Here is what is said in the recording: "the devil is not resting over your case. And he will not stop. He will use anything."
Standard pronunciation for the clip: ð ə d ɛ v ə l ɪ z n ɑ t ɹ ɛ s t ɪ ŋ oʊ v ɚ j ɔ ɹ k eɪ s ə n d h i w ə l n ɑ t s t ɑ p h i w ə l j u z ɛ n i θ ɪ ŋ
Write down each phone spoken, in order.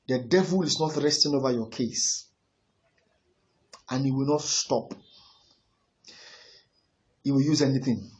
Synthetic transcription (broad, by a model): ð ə d ɛ v ə l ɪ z n ɑ t ɹ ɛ s t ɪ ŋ oʊ v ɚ j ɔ k eɪ s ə n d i w ə l n ɑ t s t ɑ p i w ə l j u z ɛ n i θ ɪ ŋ